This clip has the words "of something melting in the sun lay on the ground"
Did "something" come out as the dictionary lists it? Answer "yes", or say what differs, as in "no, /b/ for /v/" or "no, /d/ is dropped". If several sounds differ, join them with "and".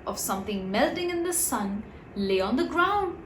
yes